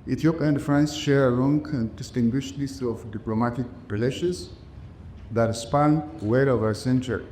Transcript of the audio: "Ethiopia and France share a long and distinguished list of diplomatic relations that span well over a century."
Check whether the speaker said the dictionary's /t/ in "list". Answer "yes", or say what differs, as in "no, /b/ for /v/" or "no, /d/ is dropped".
no, /t/ is dropped